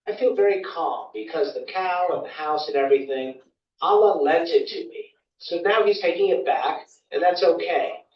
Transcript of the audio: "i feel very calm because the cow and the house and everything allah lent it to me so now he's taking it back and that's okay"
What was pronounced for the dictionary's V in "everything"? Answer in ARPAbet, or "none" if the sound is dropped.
V